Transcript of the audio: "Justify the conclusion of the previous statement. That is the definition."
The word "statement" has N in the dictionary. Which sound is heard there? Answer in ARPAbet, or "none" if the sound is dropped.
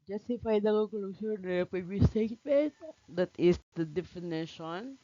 none